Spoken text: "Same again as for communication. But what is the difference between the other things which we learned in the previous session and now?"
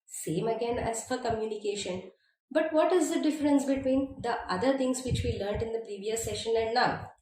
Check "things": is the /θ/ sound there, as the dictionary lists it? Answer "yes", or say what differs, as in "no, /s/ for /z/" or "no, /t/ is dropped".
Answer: no, /t/ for /θ/